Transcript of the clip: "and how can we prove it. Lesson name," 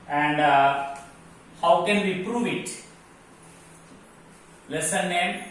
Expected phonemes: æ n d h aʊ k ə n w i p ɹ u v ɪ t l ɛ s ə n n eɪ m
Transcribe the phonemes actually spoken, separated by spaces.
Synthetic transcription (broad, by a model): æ n d h aʊ k ə n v i p ɹ u v ɪ t l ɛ s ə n n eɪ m